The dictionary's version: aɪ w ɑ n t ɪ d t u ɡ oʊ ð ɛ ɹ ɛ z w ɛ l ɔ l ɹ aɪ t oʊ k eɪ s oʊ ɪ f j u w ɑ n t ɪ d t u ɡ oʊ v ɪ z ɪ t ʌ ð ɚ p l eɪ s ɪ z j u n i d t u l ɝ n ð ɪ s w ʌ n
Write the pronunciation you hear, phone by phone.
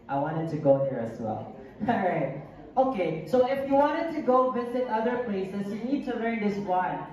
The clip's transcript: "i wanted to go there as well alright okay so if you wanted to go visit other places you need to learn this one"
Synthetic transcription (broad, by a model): aɪ w ɑ n t ɪ d t u ɡ oʊ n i ɹ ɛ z w ɛ l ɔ ɹ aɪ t oʊ k eɪ s oʊ ɪ f j u w ɑ n t ɪ d t u ɡ oʊ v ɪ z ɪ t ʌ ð ɚ p l eɪ s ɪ s j u n i d t u l ɝ n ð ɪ s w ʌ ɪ